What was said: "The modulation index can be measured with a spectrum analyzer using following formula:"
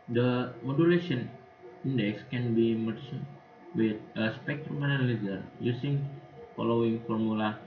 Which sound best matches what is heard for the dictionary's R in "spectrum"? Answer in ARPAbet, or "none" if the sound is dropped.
R